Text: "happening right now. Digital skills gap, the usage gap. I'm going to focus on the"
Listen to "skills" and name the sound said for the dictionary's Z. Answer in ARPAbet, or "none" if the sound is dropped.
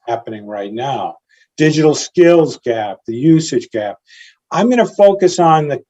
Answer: Z